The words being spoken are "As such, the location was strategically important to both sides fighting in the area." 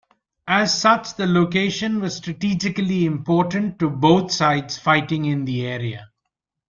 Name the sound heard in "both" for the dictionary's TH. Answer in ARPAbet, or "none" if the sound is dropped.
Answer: T